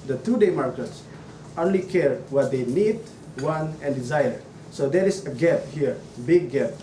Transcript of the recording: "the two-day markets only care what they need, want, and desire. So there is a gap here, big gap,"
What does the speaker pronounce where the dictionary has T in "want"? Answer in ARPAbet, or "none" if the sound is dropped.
none